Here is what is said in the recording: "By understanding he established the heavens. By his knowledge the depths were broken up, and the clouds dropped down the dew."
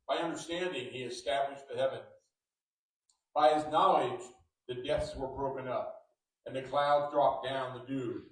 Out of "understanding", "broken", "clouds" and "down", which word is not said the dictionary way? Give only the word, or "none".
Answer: none